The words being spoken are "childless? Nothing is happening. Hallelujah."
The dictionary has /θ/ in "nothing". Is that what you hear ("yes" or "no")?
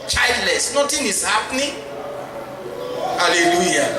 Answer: no